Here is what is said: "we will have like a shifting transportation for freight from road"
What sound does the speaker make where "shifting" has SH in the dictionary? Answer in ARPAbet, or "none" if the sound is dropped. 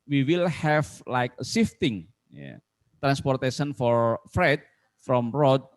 S